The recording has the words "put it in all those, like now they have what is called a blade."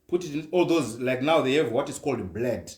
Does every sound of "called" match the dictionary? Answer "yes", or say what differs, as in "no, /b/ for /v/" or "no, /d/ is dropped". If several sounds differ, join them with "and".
yes